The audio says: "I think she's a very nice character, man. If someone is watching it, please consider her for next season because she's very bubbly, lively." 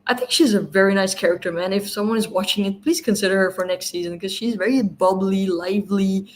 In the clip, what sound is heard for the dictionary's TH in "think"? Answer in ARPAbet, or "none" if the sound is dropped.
TH